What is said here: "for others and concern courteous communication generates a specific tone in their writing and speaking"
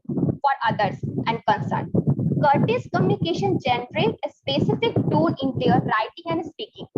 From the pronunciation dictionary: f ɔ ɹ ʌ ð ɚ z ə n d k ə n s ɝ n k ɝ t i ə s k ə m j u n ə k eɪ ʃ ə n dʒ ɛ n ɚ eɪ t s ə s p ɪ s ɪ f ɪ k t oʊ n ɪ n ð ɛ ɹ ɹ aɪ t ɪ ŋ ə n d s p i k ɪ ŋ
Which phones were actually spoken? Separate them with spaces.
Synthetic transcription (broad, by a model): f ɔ ɹ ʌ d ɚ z ə n d k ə n s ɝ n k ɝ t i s k ə m j u n ə k eɪ ʃ ə n dʒ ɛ n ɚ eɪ t ə s p ɪ s ɪ f ɪ k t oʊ l ɪ n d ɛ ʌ ɹ aɪ t ɪ ŋ ə n d s p i k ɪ ŋ